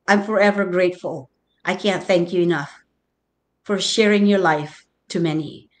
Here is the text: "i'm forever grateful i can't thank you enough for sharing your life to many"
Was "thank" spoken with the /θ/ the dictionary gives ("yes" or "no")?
yes